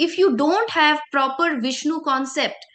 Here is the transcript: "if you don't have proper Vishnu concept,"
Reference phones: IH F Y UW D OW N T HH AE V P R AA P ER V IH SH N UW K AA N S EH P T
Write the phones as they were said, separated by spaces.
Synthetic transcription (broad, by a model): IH F Y UW D OW N T HH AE V P R AA P ER V IH SH N UW K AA N S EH P T